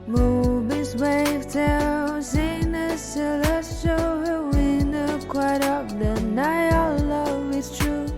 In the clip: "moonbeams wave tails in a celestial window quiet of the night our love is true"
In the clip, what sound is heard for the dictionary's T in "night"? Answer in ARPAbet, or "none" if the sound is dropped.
none